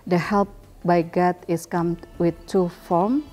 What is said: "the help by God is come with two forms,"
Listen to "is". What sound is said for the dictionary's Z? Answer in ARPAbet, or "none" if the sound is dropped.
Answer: S